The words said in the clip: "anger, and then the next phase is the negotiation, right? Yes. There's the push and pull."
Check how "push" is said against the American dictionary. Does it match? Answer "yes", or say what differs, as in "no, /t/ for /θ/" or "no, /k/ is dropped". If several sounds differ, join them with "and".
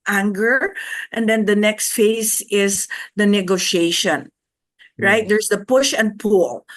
yes